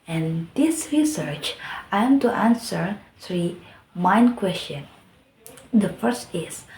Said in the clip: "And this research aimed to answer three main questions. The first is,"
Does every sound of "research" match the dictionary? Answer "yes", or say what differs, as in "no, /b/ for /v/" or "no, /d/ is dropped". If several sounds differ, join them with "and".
yes